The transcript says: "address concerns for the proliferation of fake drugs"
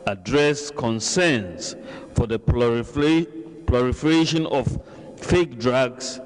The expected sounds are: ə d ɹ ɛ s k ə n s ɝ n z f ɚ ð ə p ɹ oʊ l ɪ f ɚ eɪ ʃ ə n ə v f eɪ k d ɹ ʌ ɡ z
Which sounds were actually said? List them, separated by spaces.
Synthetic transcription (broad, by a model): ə d ɹ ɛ s k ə n s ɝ n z f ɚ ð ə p l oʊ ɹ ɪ f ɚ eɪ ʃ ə n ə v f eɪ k d ɹ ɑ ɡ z